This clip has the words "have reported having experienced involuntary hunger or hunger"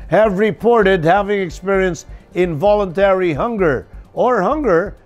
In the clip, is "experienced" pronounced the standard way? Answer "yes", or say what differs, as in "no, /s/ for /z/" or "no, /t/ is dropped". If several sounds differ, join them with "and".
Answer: yes